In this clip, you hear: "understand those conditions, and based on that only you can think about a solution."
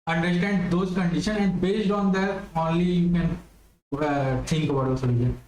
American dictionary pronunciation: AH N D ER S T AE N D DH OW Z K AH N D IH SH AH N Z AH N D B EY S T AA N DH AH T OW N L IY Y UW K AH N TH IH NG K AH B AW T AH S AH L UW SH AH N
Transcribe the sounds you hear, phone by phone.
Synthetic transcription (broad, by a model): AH N D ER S T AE N D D OW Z K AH N D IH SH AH N AH N D B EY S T AA N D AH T OW N L IY Y UW K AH N T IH NG K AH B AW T AH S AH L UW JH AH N